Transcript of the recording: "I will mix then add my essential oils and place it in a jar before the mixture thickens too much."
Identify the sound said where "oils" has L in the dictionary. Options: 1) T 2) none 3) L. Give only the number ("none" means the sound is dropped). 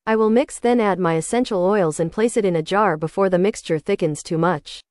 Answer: 3